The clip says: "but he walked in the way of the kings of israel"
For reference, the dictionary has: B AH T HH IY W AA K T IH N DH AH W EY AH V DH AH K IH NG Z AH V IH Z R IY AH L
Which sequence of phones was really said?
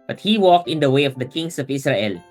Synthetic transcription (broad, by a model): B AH T HH IY W AA K T IH N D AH W EY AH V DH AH K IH NG S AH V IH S R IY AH L